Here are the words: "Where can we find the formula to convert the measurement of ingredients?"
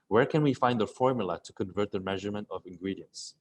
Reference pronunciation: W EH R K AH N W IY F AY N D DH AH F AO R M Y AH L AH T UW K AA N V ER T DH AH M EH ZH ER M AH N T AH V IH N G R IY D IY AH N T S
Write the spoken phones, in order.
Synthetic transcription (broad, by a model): W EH R K AH N W IY F AY N D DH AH F AO R M Y AH L AH T UW K AA N V ER T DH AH M EH ZH ER M AH N T AH V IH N G R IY D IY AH N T S